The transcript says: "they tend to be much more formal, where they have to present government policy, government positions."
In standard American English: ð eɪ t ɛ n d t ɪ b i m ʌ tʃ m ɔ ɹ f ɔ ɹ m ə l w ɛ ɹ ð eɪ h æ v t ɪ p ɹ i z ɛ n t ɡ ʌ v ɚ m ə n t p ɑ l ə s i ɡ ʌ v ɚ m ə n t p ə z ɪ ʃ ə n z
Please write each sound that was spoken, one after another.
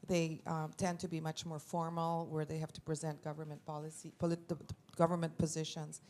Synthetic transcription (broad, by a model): ð eɪ t ɛ n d t ɪ b i m ʌ tʃ m ɔ ɹ f ɔ ɹ m l w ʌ ɹ ð eɪ h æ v t ɪ p ɹ i z ɛ n t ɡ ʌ v ɚ m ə n p ɑ l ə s i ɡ ʌ v ɚ m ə n p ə z ɪ ʃ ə n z